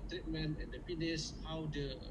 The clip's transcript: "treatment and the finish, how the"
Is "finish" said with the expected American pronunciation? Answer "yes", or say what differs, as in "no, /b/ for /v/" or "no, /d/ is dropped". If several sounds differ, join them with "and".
no, /p/ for /f/ and /s/ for /ʃ/